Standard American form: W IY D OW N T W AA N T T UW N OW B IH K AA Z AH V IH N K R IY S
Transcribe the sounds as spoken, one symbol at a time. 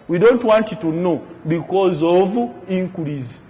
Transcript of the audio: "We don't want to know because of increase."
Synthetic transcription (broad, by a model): W IY D OW N T W AA N T T UW N OW B IH K AA Z AH V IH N K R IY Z